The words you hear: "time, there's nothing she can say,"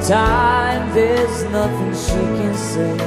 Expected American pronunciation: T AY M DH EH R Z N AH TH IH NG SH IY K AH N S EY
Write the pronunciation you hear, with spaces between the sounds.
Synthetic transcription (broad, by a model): T AY M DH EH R Z N AH TH IH NG SH IY K AH N S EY